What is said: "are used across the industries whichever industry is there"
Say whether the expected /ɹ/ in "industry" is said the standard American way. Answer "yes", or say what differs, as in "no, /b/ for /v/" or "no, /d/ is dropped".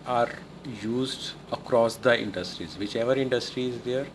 yes